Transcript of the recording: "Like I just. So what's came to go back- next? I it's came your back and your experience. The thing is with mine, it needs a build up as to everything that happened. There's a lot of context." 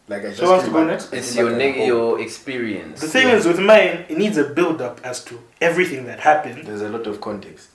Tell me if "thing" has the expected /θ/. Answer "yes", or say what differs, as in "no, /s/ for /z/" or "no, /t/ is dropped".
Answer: no, /s/ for /θ/